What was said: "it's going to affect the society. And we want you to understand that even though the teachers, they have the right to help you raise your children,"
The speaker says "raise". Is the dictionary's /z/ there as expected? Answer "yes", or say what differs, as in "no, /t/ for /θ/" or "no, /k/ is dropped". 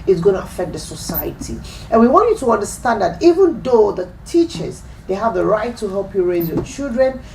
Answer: yes